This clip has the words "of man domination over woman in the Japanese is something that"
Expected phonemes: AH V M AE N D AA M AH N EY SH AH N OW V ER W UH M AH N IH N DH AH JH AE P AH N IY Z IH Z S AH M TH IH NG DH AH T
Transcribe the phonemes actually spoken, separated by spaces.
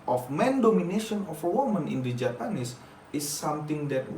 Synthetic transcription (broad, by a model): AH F M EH N D AA M AH N EY SH AH N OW F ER W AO M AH N IH N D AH JH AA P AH N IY S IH S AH M T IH NG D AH T